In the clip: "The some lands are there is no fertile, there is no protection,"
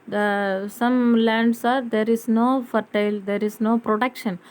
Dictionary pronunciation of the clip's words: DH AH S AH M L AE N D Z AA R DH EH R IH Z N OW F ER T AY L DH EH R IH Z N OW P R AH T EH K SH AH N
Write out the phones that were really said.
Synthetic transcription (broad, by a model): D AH S AH M L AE N D S AA R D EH R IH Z N OW F ER T AY L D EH R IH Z N OW P R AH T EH K SH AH N